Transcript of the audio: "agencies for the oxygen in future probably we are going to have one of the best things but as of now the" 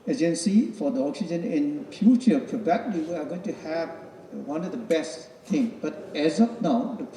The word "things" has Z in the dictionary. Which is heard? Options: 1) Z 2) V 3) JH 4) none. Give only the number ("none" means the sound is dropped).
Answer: 4